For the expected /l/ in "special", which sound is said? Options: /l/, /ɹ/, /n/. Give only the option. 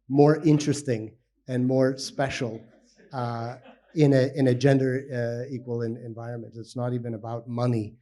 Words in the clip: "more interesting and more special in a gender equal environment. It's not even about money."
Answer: /n/